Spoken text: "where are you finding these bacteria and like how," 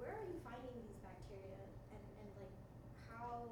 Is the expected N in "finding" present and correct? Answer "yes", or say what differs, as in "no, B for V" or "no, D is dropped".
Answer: yes